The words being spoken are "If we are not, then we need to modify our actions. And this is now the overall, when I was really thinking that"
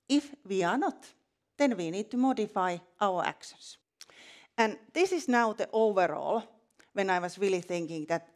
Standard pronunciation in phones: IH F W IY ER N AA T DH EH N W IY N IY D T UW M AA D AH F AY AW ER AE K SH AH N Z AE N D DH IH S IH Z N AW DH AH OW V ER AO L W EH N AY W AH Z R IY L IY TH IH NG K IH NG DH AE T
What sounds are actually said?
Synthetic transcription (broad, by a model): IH F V IY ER N AA T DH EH N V IY N IY D T UW M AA D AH F AY AW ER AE K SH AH N S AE N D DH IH S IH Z N AW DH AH OW V ER AO L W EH N AY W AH S R IY L IY TH IH NG K IH NG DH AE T